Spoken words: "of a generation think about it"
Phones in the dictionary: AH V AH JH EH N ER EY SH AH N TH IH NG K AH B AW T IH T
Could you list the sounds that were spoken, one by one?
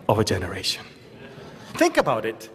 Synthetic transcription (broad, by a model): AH V AH JH EH N ER EY SH AH N TH IH NG K AH B AW T IH T